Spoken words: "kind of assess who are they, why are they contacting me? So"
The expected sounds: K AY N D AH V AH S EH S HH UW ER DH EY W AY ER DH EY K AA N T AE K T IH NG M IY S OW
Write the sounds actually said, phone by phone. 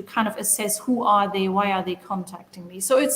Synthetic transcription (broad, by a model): K AY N D AH V AH S EH S HH UW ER DH EY W AY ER DH EY K AA N T AE K T IH NG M IY S OW